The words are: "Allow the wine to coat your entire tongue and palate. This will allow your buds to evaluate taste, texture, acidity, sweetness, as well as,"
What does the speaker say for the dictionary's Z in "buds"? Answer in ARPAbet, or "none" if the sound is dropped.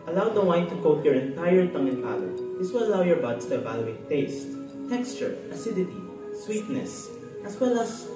S